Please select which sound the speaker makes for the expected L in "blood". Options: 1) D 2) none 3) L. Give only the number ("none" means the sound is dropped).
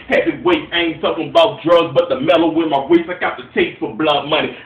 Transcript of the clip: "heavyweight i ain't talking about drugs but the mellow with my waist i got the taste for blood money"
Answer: 3